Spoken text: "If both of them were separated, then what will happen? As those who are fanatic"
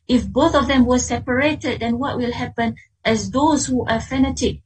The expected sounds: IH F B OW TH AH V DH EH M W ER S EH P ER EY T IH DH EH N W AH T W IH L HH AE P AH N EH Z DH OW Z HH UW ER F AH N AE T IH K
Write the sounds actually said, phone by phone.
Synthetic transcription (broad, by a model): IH F B OW TH AH V DH EH M W ER S EH P ER EY T IH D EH N W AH T W IH L HH AE P AH N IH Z DH OW Z HH UW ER F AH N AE T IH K